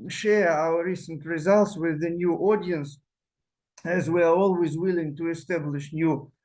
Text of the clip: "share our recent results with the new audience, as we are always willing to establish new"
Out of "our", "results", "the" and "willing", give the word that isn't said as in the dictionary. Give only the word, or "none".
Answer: none